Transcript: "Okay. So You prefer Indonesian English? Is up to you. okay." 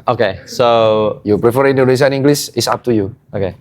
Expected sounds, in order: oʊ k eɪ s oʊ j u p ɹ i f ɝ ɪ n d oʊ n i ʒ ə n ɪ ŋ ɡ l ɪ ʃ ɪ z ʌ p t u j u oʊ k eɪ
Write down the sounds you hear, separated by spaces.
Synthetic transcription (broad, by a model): oʊ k eɪ s oʊ j u p ɹ i f ɝ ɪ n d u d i s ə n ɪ ŋ ɡ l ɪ s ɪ s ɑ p t u j u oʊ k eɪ